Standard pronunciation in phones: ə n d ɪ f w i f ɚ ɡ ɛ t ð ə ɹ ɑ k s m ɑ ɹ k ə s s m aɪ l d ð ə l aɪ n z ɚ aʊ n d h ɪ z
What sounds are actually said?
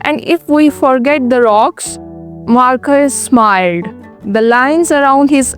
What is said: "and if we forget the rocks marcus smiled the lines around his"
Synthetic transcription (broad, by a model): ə n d ɪ f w i f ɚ ɡ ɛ t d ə ɹ ɑ k s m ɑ ɹ k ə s s m aɪ l d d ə l aɪ n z ɚ aʊ n d h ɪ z